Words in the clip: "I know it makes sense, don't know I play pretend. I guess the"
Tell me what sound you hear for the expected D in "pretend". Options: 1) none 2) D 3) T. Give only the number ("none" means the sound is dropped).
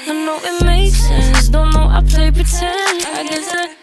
1